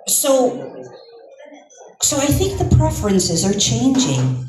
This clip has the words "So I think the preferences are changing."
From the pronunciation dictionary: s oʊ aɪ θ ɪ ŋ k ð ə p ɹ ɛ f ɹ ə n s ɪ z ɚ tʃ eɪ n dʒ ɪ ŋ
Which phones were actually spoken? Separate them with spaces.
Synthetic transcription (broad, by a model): s oʊ aɪ θ ɪ ŋ k ð ə p ɹ ɛ f ɹ ə n s ɪ z ɚ tʃ eɪ n dʒ ɪ ŋ